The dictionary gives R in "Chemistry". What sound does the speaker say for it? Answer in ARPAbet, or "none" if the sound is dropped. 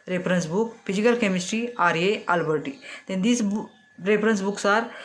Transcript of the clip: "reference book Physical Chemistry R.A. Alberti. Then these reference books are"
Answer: R